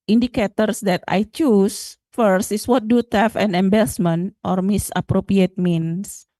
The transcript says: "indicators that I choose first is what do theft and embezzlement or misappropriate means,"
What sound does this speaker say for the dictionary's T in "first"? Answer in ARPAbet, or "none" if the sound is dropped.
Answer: T